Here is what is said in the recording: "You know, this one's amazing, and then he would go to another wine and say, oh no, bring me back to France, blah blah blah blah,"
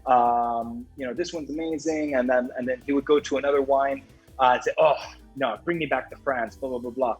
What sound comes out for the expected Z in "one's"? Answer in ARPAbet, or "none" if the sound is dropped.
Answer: Z